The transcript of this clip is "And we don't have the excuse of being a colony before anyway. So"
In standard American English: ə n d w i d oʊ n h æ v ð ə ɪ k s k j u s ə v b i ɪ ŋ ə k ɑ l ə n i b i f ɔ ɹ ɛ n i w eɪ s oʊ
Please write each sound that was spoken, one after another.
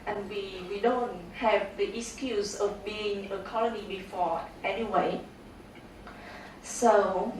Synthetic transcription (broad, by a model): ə n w w i d oʊ n h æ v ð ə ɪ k s k j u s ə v b i ɪ ŋ ə k ɑ l ə n i b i f ɔ ɛ n i w eɪ s oʊ